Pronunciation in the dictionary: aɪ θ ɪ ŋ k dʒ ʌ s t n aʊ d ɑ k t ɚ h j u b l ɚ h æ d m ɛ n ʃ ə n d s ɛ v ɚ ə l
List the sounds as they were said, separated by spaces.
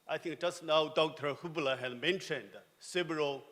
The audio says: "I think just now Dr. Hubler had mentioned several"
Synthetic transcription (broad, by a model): aɪ t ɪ ŋ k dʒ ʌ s n aʊ d ɑ k t ɚ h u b l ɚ h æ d m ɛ n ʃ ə n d s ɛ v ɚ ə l